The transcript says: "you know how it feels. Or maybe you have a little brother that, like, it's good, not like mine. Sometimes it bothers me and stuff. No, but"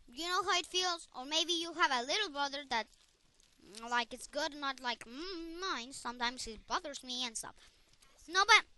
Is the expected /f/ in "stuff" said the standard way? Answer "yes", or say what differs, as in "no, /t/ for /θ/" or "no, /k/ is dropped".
no, /p/ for /f/